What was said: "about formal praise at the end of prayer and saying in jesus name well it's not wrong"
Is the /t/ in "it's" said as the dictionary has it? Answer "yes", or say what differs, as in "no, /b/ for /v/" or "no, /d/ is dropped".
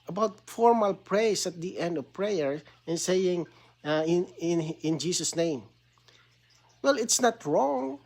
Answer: yes